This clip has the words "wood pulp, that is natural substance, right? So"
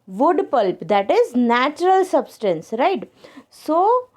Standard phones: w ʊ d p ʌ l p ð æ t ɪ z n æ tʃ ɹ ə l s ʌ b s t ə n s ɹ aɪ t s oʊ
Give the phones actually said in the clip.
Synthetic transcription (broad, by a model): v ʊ d p ʌ l p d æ t ɪ z n æ tʃ ɹ ə l s ʌ b s t ə n s ɹ aɪ t s oʊ